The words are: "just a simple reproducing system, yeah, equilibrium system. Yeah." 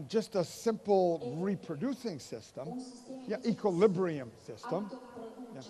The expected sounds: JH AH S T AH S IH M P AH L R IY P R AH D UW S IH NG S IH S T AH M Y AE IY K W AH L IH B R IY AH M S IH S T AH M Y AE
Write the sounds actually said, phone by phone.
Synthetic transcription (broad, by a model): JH AH S T AH S IH M P L R IY P R AH D UW S IH NG S IH S T AH M Y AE IY K W AH L IH B R IY AH M S IH S T AH M Y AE